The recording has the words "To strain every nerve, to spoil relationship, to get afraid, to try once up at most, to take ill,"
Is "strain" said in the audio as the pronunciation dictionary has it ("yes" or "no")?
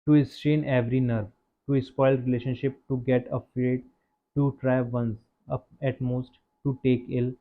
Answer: no